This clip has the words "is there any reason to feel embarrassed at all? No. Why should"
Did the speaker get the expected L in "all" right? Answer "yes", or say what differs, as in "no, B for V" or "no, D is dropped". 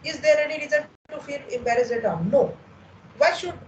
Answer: no, N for L